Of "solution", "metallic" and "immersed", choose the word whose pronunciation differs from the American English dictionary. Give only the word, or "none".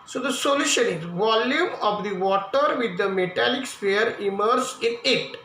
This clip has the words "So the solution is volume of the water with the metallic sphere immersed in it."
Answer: immersed